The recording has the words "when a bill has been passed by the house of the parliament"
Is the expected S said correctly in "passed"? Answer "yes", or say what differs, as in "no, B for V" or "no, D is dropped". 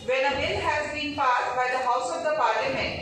no, S is dropped